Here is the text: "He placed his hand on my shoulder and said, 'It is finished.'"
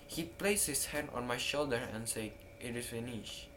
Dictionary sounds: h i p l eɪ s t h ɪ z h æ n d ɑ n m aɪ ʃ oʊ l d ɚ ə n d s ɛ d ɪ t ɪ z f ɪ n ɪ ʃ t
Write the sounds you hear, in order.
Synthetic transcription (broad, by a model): h i p l eɪ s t h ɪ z h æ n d ɑ n m aɪ ʃ oʊ l d ɚ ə n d s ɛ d ɪ t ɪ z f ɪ n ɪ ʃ